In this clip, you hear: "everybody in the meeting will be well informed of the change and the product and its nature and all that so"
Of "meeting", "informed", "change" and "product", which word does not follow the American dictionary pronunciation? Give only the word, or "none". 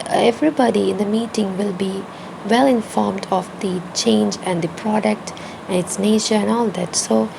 none